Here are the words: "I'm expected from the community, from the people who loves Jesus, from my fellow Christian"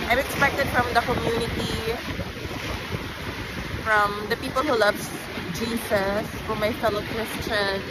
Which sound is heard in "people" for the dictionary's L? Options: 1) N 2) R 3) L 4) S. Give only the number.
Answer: 3